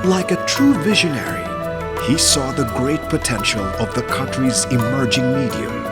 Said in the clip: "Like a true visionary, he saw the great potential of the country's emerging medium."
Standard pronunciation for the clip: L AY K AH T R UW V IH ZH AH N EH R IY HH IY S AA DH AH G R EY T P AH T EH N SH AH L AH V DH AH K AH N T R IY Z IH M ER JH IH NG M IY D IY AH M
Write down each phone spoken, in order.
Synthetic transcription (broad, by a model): L AY K AH T R UW V IH ZH AH N EH R IY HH IY S AA DH AH G R EY T P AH T EH N SH L AH V DH AH K AH N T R IY Z IH M ER JH IH NG M IY D IY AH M